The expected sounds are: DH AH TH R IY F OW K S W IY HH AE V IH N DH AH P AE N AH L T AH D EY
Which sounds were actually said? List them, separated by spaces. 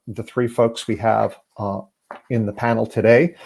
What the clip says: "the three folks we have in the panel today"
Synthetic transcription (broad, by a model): DH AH TH R IY F OW K S W IY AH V IH N DH AH P AE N L T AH D EY